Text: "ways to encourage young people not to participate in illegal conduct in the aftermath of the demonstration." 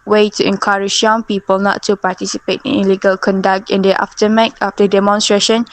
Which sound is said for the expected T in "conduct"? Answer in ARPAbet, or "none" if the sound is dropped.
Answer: T